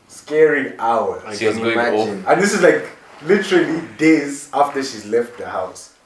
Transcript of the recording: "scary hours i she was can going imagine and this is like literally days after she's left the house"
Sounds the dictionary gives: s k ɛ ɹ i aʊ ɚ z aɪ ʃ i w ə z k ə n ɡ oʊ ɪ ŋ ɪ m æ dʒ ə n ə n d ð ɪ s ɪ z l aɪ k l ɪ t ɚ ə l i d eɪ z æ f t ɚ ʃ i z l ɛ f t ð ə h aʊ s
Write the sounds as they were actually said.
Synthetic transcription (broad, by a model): s k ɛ ɹ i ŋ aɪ w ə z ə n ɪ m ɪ ɔ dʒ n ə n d ð ɪ s ɪ z l aɪ k l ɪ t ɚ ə l i d eɪ z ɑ f t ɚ ʃ i z l ɛ f t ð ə h aʊ s